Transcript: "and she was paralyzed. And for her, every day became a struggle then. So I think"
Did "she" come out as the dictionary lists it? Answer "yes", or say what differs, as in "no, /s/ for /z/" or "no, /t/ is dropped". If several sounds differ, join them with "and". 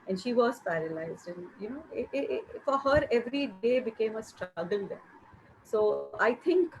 yes